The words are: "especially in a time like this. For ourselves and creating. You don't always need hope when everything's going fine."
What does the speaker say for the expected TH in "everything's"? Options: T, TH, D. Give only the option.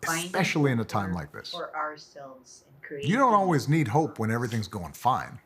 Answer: TH